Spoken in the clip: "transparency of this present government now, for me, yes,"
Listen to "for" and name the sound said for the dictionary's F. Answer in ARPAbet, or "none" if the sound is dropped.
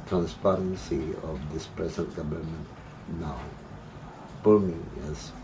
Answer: P